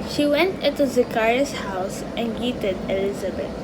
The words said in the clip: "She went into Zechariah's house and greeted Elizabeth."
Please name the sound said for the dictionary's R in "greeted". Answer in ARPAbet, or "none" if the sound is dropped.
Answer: none